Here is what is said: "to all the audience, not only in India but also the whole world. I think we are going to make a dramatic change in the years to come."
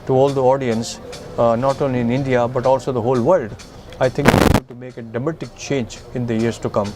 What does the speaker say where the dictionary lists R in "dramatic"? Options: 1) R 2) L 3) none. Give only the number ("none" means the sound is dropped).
3